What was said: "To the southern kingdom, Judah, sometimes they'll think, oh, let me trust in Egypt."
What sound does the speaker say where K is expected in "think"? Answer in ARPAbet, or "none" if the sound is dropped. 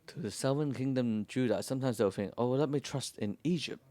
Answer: none